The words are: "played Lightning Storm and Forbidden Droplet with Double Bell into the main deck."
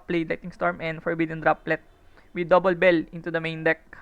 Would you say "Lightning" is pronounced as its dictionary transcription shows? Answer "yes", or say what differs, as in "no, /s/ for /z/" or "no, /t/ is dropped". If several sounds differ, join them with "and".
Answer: no, /n/ is dropped